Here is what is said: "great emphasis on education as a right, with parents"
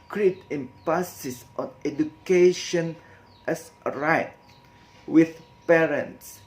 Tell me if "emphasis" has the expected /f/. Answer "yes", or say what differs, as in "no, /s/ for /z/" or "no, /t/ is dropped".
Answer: no, /p/ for /f/